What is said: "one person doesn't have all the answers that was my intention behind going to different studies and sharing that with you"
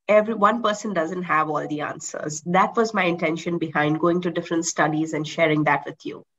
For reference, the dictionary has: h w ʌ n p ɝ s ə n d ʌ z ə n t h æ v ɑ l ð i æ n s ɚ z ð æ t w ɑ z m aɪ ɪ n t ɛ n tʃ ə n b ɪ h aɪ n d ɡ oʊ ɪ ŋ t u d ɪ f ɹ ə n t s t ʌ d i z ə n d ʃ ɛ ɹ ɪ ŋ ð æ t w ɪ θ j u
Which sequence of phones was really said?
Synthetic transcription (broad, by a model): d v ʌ n p ɝ s ə n d ʌ z ə n t h æ v ɑ l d i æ n s ɚ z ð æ t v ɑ z m aɪ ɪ n t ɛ n ʃ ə n b ɪ h aɪ n d ɡ oʊ ɪ ŋ t u d ɪ f ɹ ə n t s t ʌ d i z ə n d ʃ ɛ ɹ ɪ ŋ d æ t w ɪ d j u